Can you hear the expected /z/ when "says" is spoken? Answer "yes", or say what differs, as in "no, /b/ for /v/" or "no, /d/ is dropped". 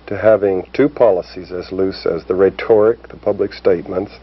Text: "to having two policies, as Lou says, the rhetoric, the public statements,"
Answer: yes